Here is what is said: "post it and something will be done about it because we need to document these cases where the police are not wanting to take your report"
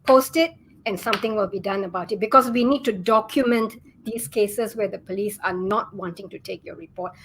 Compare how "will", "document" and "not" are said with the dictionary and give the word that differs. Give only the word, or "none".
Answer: none